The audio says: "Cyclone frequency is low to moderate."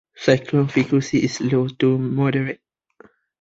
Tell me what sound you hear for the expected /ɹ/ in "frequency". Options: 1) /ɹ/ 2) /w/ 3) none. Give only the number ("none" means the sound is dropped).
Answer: 3